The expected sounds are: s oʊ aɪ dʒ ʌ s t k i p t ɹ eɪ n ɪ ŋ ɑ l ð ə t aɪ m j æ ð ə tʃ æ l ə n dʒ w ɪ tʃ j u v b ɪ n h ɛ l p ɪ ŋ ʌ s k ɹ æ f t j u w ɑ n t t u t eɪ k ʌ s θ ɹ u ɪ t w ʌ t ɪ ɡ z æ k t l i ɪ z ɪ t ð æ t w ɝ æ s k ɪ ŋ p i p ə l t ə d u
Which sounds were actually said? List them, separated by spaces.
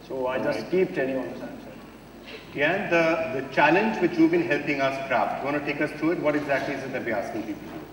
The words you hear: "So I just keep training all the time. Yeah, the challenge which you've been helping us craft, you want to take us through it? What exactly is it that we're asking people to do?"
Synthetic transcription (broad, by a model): s oʊ aɪ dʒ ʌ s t k i p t eɪ l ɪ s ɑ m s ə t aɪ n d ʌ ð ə tʃ æ l ə n dʒ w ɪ tʃ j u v b ɪ n h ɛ l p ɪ ŋ ʌ s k ɹ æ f t j u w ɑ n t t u t eɪ k ʌ s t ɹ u ɪ t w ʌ t ɪ ɡ z æ k t l i ɪ z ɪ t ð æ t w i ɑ s k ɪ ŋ p i p ə l